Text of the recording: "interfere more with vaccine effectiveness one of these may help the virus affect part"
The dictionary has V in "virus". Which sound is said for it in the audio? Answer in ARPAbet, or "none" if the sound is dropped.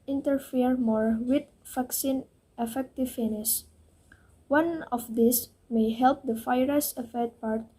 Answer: F